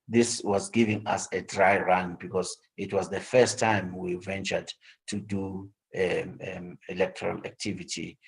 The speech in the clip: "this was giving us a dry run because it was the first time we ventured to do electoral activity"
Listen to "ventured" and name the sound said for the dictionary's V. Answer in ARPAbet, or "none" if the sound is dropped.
V